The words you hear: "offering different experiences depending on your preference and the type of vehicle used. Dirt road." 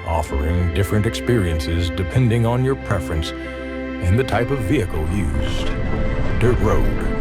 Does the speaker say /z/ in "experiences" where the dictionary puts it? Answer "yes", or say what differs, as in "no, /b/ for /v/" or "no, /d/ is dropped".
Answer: yes